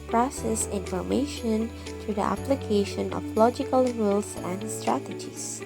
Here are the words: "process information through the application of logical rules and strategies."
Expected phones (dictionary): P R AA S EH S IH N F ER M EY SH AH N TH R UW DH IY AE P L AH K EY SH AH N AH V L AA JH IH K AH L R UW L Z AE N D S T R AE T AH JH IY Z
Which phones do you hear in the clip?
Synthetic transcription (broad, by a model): P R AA S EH S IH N F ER M EY SH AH N T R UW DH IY AE P L AH K EY SH AH N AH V L AA JH IH K AH L R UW L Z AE N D S T R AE T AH JH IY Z